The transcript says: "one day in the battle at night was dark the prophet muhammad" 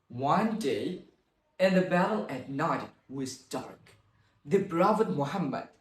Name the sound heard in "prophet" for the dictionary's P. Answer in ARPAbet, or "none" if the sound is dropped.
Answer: B